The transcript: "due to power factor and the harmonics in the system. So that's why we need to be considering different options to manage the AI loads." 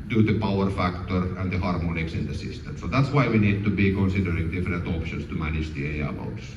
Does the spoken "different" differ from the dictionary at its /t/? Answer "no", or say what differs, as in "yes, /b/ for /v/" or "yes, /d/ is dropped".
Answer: no